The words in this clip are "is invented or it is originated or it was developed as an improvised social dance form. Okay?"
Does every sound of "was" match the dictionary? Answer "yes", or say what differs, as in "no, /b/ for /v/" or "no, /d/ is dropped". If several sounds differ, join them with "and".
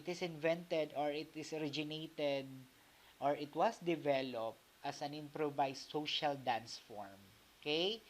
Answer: no, /s/ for /z/